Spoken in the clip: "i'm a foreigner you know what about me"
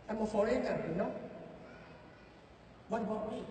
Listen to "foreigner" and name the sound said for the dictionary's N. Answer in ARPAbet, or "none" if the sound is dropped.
none